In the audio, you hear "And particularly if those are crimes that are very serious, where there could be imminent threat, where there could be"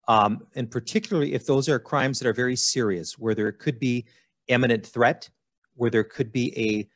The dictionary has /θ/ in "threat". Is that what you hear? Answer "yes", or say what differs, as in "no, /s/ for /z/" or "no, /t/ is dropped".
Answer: yes